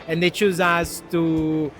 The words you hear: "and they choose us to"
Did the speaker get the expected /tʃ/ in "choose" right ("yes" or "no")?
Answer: yes